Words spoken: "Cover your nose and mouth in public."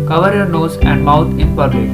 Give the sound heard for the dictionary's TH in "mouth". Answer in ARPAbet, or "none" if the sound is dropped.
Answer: T